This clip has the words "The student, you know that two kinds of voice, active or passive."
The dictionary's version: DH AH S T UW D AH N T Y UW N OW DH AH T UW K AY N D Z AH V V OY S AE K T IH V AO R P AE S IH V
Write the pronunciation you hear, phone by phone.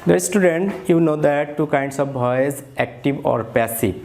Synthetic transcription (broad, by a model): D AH S T UW D AH N T Y UW N OW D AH T UW K AY N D S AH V B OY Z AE K T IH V AO R P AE S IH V